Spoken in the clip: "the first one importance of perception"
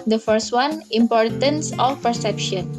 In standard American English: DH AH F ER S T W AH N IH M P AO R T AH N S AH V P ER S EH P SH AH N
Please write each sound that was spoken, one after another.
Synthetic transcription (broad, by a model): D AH F ER S T W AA N IH M P AO R T AH N S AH F P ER S EH P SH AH N